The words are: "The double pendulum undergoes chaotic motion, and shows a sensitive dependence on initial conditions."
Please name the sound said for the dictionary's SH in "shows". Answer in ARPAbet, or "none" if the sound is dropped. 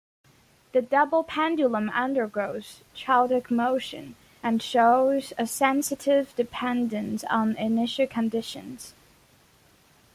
SH